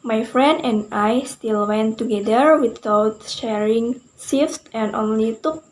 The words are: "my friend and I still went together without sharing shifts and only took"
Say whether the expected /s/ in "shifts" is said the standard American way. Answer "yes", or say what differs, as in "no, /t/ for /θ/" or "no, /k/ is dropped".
no, /s/ is dropped